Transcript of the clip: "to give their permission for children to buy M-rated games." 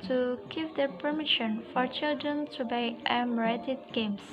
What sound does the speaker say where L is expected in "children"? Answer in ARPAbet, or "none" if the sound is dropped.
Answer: L